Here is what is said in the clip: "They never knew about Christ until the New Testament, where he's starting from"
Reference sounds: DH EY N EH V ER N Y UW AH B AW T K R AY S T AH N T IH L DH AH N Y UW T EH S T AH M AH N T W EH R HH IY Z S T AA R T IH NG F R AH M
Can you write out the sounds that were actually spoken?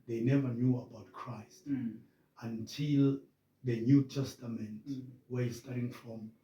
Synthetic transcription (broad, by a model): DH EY N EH V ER N Y UW AH B AW T K R AY S T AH N T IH L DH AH N Y UW T EH S T AH M AH N T W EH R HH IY S T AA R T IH NG F R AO M